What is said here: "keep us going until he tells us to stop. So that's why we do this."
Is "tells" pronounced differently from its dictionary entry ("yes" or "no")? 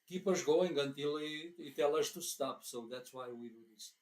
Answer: yes